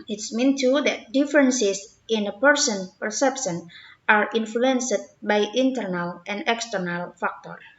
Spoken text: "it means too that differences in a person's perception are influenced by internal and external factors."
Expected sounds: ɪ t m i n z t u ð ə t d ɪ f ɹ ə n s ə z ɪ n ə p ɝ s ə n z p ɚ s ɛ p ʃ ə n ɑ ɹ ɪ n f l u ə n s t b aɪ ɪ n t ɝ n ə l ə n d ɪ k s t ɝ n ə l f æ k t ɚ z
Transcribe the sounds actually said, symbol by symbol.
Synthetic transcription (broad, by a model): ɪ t m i n t u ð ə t d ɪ f ɹ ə n s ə s ɪ n ə p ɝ s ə n p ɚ s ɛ p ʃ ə n ɑ ɹ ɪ n f l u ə n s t b aɪ ɪ n t ɝ n ə l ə n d ɪ k s t ɝ n ə l f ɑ k t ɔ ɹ